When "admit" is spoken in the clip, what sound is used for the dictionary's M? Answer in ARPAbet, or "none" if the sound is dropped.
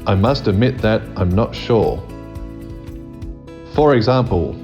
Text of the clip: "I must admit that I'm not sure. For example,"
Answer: M